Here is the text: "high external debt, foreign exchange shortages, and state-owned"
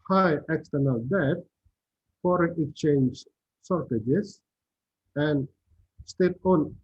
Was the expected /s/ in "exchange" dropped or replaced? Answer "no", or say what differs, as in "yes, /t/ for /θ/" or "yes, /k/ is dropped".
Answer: yes, /s/ is dropped